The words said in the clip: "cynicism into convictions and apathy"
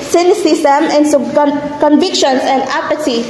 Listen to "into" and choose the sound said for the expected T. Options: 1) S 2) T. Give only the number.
1